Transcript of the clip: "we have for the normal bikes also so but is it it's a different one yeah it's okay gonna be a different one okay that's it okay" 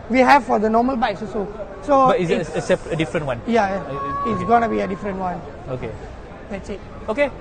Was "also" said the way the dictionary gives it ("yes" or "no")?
no